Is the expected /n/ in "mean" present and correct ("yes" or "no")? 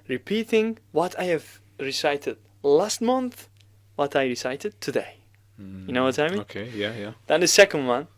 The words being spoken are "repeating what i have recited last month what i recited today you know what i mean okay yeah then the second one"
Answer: no